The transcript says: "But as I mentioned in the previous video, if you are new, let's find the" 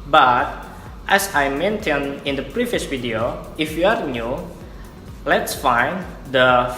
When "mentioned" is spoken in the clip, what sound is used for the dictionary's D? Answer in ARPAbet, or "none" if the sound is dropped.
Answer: none